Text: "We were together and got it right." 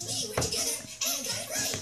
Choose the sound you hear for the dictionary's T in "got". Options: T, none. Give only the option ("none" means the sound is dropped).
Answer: none